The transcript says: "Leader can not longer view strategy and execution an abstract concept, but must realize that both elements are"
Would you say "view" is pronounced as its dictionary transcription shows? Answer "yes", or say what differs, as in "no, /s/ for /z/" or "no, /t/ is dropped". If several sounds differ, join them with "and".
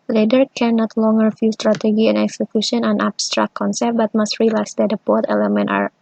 no, /f/ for /v/